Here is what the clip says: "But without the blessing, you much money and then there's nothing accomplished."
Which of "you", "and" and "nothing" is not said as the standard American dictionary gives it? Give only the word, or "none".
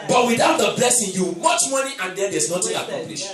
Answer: nothing